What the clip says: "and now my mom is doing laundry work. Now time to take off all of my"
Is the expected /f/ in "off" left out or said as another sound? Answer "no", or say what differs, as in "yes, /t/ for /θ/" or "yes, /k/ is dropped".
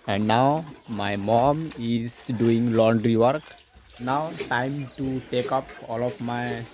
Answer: yes, /p/ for /f/